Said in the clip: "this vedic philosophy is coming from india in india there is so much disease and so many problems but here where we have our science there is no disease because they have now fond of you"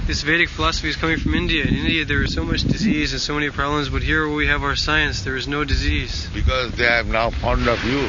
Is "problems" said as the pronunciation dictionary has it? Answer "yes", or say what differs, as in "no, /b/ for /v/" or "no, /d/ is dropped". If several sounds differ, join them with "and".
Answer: yes